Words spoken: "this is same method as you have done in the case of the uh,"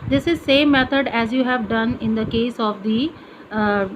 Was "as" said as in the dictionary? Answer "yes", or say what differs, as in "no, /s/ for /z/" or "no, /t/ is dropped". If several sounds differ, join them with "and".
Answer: yes